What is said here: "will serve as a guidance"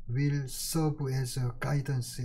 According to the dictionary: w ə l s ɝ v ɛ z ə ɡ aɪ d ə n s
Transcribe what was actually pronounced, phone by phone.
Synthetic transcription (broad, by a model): w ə l s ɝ b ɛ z ə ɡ aɪ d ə n s